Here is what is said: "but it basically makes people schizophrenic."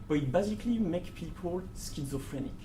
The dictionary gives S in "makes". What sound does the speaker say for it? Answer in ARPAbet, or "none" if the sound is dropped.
none